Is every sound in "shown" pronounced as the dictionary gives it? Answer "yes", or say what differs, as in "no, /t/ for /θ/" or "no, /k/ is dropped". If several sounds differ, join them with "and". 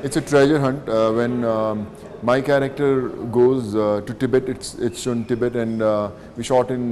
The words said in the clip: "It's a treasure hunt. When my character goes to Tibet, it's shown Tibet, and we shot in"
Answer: no, /s/ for /ʃ/